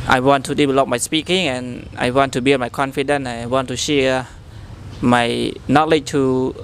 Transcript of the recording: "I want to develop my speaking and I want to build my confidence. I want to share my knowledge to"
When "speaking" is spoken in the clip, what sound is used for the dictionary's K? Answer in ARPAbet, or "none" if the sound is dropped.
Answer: K